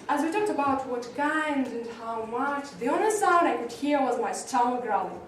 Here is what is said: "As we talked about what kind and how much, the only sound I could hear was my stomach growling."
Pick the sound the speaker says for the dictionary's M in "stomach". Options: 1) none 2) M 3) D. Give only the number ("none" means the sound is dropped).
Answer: 1